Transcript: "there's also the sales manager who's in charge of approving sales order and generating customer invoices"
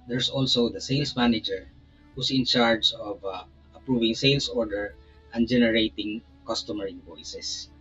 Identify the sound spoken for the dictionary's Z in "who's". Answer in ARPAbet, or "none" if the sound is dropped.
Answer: S